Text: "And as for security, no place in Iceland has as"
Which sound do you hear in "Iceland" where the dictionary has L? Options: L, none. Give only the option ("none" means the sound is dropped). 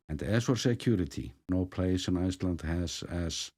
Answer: L